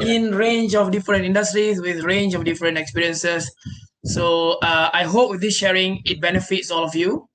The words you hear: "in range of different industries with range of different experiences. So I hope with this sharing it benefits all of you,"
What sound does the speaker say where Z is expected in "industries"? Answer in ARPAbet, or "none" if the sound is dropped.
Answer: S